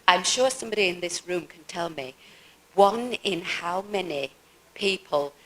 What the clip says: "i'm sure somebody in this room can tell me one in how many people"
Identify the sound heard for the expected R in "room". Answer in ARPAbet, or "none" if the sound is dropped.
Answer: R